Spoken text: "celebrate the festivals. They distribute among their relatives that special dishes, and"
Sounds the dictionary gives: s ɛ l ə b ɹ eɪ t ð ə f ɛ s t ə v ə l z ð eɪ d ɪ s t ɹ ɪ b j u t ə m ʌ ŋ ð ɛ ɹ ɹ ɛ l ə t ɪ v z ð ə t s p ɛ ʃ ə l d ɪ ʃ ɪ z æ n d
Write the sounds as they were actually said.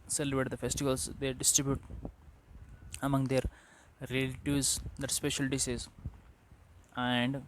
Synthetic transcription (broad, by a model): s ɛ l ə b ɹ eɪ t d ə f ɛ s t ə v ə l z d eɪ d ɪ s t ɹ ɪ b j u t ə m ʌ ŋ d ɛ ɹ ɹ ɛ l t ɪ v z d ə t s p ɛ ʃ ə l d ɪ s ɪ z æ n d